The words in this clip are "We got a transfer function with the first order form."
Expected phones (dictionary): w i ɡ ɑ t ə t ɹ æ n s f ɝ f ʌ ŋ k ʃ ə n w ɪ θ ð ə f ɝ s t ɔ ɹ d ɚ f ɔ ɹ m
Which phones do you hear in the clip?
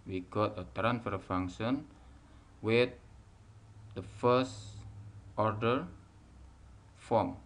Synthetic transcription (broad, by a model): w i ɡ ɑ t ə t ɹ æ n s f ɝ f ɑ ŋ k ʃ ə n w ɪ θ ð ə f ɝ s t ɔ ɹ d ɚ f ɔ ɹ m